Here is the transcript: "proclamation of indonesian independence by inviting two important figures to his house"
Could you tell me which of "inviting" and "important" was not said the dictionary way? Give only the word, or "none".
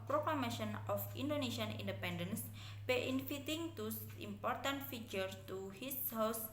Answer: inviting